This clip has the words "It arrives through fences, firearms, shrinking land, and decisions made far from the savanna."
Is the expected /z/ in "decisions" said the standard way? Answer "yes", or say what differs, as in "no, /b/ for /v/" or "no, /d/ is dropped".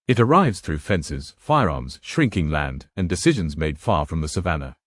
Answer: yes